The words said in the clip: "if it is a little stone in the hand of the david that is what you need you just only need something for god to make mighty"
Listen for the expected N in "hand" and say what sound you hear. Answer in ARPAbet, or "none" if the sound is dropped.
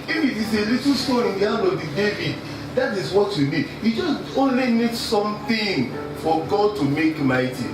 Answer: none